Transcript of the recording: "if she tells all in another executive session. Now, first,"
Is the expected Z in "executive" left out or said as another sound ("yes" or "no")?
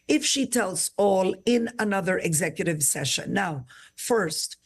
no